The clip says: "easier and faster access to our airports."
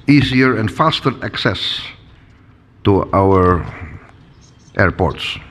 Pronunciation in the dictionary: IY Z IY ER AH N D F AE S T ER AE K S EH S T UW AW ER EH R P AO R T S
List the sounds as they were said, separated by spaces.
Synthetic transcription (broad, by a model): IY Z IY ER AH N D F AE S T ER AE K S EH S T UW AW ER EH R P AO R T S